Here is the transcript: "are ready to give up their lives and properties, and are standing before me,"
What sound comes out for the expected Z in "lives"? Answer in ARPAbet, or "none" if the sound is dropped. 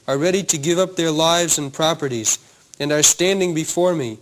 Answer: Z